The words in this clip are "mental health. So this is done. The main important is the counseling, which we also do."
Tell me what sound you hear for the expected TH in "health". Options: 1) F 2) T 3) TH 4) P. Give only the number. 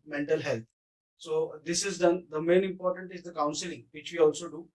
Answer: 2